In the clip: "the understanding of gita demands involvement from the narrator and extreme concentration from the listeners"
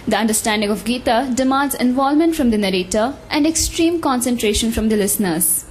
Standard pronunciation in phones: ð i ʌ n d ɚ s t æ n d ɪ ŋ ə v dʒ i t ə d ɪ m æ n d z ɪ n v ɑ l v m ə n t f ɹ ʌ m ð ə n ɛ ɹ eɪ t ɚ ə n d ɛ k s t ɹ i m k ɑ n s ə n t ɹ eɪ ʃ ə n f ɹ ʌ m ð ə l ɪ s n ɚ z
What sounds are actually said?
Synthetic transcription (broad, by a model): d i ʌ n d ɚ s t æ n d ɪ ŋ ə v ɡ i t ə d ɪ m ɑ n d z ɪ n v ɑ l m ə n t f ɹ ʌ m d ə n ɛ ɹ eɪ t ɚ ə n d ɛ k s t ɹ i m k ɑ n s ə n t ɹ eɪ ʃ ə n f ɹ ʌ m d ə l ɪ s n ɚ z